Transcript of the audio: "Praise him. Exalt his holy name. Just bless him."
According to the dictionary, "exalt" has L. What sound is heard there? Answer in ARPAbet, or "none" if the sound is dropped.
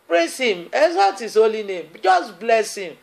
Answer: none